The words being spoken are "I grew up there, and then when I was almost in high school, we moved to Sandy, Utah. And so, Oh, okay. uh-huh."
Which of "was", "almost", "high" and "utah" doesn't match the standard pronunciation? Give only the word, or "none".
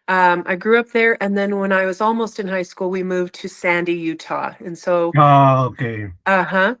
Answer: none